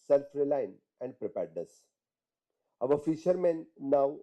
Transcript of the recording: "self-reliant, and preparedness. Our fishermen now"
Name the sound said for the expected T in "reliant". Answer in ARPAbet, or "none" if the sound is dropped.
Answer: none